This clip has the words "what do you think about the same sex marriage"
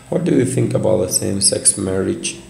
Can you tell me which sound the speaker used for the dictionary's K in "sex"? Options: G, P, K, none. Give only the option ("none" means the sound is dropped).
K